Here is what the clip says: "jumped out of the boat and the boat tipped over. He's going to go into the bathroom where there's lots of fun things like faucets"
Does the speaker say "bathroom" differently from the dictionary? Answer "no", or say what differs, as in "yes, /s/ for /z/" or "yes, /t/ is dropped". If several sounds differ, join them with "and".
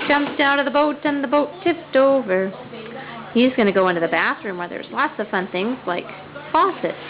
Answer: no